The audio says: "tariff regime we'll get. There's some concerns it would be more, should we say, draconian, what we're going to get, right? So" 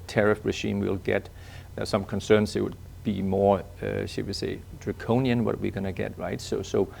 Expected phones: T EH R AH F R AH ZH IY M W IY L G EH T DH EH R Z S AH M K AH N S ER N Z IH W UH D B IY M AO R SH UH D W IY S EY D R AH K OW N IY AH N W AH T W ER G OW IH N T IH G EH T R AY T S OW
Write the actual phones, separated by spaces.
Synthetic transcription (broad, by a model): T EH R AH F R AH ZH IY M W IY L G EH T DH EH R S AH M K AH N S ER N S IH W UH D B IY M AO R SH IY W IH S EY D R AH K OW N IY AH N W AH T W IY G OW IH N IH G EH T R AY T S OW